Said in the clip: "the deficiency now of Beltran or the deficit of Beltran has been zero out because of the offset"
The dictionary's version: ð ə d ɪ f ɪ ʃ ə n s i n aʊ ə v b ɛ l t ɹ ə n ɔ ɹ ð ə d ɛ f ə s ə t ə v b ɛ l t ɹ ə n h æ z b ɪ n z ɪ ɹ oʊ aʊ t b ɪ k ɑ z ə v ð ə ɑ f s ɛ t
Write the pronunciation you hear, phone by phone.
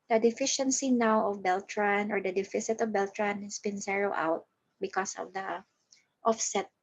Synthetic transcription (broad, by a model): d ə d ɪ f ɪ ʃ ə n s i n aʊ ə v b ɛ l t ɹ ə n ɔ ɹ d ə d ɛ f ə s ə t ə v b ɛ l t ɹ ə n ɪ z b ɪ n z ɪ ɹ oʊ aʊ t b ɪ k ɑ s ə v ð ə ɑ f s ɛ t